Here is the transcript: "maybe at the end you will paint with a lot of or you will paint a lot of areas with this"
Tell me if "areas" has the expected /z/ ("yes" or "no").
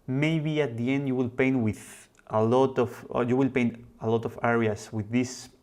no